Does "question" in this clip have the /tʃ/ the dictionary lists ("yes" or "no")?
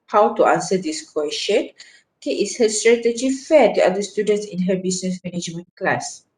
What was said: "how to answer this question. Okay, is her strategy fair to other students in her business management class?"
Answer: no